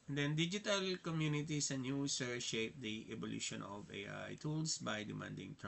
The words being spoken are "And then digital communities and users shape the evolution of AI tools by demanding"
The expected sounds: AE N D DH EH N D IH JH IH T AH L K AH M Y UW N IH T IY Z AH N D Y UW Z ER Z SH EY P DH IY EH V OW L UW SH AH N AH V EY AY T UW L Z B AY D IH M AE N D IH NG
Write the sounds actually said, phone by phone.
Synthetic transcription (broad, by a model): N D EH N D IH JH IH T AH L K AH M Y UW N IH T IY S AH N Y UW S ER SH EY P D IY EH B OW L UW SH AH N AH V EY AY T UW L S B AY D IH M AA N D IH NG